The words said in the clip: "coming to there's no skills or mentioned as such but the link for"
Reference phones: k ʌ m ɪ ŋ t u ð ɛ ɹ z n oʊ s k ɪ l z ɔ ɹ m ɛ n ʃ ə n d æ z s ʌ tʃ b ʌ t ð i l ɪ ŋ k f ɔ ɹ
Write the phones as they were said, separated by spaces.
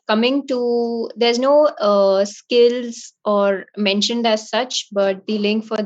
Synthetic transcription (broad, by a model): k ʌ m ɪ ŋ t u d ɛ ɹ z n oʊ s k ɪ l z ɔ ɹ m ɛ n ʃ ə n d æ z s ʌ tʃ b ʌ t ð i l ɪ ŋ k f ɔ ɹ